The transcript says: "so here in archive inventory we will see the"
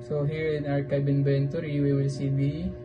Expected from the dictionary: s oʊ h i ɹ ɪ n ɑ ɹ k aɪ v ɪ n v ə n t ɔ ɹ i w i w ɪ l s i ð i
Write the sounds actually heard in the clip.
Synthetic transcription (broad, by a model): s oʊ h i ɹ ɪ n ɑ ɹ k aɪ b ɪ n b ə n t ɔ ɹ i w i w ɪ l s i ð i